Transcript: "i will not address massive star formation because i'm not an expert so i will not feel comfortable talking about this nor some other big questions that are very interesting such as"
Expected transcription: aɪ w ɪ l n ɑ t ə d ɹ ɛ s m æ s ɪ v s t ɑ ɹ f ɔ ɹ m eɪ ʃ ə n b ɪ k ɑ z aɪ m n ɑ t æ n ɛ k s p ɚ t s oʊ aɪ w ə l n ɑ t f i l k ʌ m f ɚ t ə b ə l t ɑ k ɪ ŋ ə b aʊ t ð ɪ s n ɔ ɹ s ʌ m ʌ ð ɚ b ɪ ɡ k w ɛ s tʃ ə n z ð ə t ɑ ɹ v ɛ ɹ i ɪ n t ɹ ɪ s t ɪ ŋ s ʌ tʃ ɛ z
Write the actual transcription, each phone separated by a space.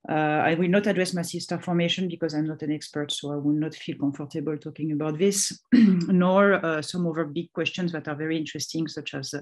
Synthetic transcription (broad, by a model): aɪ w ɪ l n ɑ t ə d ɹ ɛ s m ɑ s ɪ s t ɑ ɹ f ɔ ɹ m eɪ ʃ ə n b ɪ k ɑ z aɪ m n ɑ t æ n ɛ k s p ɚ t s oʊ aɪ w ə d n ɑ t f i l k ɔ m f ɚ t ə b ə l t ɑ k ɪ ŋ ə b aʊ t ð ɪ s n ɔ ɹ s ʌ m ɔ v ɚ b ɪ ɡ k w ɛ s tʃ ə n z ð ə t ɑ ɹ v ɛ ɹ i ɪ n t ɹ ɪ s t ɪ ŋ s ʌ tʃ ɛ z